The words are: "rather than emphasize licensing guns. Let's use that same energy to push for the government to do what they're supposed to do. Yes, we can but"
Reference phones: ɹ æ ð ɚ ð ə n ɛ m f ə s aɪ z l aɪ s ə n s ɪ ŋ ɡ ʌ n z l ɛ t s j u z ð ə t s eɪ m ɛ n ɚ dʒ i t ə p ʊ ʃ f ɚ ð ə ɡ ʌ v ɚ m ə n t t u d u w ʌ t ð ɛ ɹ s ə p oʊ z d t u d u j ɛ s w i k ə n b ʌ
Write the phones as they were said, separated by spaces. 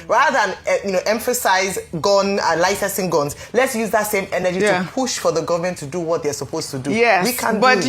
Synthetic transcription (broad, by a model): ɹ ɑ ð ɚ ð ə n ɛ m f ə s aɪ z l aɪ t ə s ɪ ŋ ɡ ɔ n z l ɛ t s j u z ð ə t s eɪ m ɛ n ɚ dʒ i t ə p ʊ ʃ f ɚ ð ə ɡ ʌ v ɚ m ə n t t u d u w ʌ t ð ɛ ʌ s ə p oʊ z t u d u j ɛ w i k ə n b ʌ